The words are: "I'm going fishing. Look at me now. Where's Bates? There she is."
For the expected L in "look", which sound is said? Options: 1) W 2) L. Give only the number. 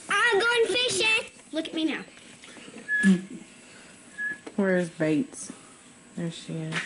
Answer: 2